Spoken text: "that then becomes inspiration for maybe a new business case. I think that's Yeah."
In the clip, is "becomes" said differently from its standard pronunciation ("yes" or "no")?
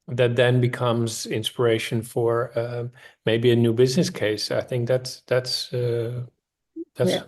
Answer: no